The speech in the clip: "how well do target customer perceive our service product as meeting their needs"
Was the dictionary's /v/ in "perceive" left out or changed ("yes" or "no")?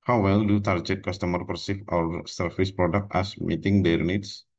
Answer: yes